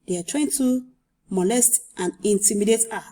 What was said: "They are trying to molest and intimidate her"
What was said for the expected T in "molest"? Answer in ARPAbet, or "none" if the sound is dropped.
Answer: T